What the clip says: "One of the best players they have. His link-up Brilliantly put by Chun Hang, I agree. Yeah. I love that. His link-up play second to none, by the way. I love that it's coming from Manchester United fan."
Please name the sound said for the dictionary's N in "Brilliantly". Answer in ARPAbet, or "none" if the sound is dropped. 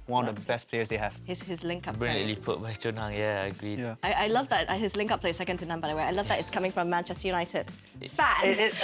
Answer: none